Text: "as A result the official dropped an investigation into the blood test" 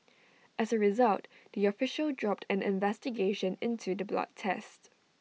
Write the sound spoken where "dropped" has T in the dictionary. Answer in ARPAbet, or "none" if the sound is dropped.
T